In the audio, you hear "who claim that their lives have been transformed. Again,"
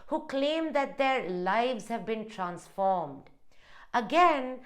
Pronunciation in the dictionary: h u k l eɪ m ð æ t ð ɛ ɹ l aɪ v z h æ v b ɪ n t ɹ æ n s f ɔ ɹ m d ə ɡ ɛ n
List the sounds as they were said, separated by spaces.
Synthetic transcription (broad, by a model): h u k l eɪ m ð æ t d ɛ ɹ l aɪ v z h æ v b ɪ n t ɹ æ n s f ɔ ɹ m d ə ɡ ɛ n